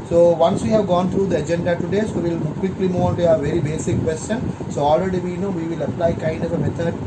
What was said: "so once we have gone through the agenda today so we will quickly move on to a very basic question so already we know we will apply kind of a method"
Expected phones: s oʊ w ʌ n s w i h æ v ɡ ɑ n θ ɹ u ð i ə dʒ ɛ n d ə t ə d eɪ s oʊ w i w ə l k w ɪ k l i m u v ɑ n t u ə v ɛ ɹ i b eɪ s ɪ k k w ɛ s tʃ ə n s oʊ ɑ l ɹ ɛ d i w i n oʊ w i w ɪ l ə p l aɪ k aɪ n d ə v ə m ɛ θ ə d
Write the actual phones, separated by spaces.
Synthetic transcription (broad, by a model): s oʊ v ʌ n s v i h æ v ɡ ɑ n t ɹ u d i ə dʒ ɛ n d ə t ə d eɪ s oʊ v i l k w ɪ k l i m u v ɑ n t u ə v ɛ ɹ i b eɪ s ɪ k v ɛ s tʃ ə n s oʊ ɑ l ɹ ɛ d i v i n oʊ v i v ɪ l ə p l aɪ k aɪ n d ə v ə m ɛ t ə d